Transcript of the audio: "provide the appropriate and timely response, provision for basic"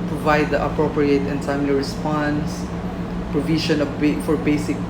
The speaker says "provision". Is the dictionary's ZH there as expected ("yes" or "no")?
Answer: no